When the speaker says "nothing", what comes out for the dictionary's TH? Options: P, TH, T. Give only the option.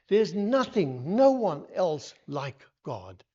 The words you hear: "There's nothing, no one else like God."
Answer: TH